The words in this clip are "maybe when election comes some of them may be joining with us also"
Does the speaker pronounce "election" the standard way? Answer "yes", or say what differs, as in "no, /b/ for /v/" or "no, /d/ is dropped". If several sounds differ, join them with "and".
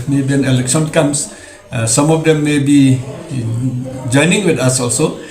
no, /s/ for /ʃ/